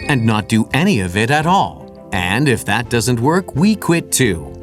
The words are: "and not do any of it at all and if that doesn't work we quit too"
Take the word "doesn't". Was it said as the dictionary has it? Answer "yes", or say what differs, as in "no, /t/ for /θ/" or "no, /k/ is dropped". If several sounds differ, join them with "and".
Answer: yes